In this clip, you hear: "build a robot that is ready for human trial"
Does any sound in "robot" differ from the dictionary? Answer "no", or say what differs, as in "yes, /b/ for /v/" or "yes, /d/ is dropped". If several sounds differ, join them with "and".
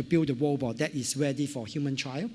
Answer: yes, /w/ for /ɹ/